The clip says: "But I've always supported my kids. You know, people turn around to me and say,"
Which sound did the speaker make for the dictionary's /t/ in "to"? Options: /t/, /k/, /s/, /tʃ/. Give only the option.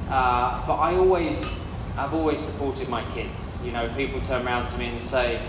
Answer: /t/